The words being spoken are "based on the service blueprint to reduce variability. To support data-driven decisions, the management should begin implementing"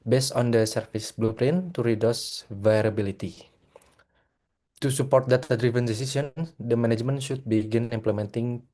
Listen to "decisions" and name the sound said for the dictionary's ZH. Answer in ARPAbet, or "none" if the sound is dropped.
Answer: S